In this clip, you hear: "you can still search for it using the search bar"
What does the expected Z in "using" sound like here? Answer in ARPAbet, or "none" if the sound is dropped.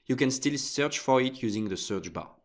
Z